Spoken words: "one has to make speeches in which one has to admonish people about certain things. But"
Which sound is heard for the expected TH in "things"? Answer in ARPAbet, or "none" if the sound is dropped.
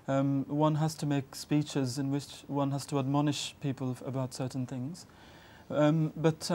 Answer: TH